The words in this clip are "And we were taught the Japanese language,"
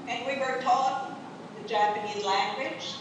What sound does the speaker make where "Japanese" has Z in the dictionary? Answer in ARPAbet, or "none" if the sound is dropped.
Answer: Z